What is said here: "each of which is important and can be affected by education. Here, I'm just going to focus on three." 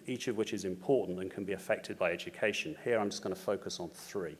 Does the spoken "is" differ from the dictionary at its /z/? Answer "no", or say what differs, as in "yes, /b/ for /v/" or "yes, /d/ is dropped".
no